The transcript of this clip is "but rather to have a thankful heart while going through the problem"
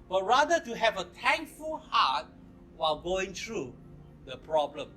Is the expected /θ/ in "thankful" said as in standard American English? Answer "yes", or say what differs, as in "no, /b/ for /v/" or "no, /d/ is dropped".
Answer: no, /t/ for /θ/